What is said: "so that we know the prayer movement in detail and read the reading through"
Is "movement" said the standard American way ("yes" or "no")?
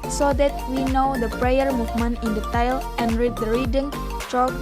no